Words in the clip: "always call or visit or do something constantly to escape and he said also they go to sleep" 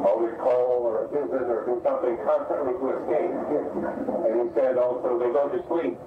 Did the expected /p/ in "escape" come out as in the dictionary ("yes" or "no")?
no